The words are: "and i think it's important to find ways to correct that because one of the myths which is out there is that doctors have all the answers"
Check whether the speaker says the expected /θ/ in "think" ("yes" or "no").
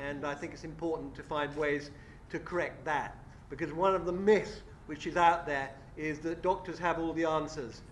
yes